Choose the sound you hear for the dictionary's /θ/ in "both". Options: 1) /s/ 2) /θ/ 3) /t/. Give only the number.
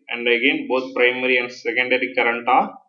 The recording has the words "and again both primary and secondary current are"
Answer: 3